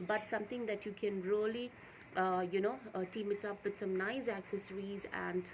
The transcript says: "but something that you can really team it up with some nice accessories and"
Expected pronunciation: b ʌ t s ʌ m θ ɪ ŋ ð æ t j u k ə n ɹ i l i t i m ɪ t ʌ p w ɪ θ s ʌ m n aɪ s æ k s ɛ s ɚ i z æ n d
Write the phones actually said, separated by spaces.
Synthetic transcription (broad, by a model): b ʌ t s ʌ m t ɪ ŋ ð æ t j u k ə n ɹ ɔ l i t i m ɪ t ʌ p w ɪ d s ʌ m n aɪ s æ k s ɛ s ɚ i z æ n d